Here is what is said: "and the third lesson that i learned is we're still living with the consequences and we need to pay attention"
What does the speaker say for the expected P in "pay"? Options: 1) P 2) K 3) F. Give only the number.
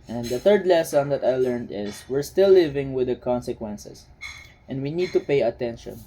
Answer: 1